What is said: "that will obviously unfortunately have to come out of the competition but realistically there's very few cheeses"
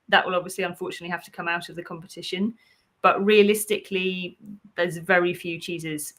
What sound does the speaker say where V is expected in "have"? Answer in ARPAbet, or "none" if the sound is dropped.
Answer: F